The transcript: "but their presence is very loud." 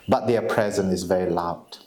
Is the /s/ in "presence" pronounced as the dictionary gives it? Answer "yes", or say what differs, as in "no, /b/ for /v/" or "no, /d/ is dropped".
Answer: no, /s/ is dropped